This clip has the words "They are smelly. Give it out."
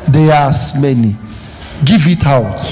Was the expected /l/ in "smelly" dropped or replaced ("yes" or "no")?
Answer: yes